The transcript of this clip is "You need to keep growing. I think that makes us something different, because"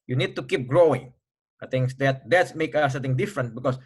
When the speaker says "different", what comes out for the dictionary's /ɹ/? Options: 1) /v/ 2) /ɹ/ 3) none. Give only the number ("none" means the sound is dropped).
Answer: 2